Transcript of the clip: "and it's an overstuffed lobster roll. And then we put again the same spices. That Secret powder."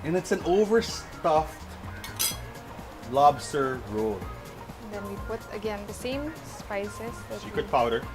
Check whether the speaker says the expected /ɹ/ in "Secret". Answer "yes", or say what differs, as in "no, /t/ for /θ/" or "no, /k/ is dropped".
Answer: no, /ɹ/ is dropped